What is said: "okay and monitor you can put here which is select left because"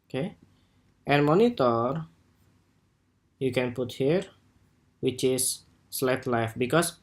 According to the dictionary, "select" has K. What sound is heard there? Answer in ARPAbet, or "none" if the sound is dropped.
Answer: none